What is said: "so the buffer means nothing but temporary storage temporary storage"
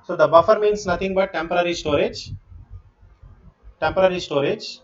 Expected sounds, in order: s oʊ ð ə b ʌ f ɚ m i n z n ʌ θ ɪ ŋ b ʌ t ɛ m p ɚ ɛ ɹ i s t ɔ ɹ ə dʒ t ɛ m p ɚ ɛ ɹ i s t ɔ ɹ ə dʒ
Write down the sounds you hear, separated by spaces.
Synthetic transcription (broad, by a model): s oʊ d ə b ʌ f ɚ m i n s n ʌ t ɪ ŋ b ʌ t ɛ m p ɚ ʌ ɹ i s t ɔ ɹ ə dʒ t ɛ m p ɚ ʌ ɹ i s t ɔ ɹ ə dʒ